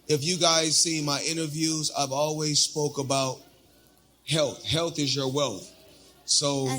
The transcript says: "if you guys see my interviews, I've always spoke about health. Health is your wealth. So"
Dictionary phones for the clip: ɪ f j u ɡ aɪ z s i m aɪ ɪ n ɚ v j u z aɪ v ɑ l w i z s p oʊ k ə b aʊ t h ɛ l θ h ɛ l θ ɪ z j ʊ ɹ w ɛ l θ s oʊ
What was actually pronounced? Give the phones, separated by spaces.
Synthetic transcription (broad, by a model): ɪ f j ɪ ɡ aɪ z s i m aɪ ɪ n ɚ v j u z aɪ v ɑ l w i z s p oʊ k ə b aʊ t h ɛ l θ h ɛ l θ ɪ z j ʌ ɹ w ɛ l θ s oʊ